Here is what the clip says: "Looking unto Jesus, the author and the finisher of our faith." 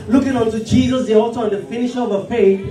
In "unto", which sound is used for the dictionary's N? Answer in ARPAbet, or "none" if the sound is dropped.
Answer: N